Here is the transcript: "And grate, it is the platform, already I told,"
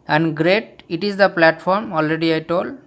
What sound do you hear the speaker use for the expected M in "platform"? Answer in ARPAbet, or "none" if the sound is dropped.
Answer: M